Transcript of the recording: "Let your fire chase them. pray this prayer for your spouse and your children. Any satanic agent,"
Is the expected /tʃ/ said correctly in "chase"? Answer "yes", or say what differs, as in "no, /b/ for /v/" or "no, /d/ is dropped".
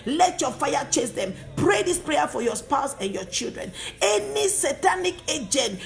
yes